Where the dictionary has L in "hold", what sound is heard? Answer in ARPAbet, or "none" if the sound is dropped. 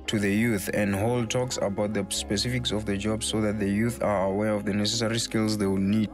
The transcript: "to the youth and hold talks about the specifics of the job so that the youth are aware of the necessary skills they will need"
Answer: L